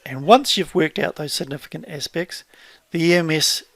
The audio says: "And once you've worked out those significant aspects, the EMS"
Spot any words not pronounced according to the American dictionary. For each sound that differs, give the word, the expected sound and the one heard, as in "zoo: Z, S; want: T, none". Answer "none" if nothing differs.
none